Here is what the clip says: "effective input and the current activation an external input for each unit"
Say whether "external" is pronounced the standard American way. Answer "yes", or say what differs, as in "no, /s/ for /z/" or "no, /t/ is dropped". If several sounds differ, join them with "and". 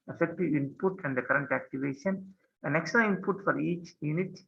no, /n/ is dropped